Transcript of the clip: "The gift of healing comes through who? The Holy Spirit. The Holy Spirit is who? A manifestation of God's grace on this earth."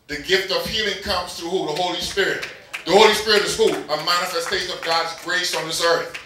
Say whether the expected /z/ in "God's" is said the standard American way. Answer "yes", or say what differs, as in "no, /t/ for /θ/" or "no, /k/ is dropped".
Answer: yes